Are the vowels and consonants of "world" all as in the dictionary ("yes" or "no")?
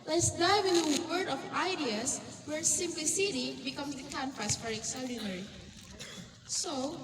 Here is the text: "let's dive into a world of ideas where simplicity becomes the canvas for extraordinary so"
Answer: no